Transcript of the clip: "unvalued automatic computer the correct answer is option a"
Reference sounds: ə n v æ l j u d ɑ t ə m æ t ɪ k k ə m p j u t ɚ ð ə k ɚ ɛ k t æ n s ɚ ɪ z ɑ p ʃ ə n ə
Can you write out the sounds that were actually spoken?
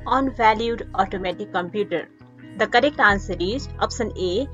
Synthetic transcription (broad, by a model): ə n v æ l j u d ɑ t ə m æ t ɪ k k ə m p j u t ɚ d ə k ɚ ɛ k t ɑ n s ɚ ɪ z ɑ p s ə n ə